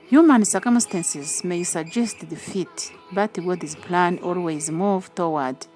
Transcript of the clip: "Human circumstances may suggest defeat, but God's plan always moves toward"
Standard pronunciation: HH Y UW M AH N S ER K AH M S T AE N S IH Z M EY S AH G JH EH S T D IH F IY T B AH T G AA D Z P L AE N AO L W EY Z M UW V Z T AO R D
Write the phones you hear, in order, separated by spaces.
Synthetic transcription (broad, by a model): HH Y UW M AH N S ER K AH M S T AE N S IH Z M EY S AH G JH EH S T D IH F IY T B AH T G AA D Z P L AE N AO L W EY Z M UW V T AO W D